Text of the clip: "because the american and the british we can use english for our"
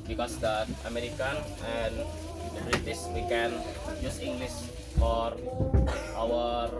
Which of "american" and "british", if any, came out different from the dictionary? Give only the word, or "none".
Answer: british